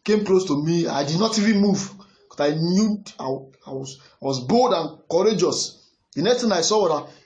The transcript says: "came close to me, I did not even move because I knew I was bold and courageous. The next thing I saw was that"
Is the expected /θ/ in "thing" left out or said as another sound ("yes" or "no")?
yes